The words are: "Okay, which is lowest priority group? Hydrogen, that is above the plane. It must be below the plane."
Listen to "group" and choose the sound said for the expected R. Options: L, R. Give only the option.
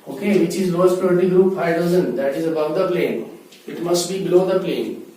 R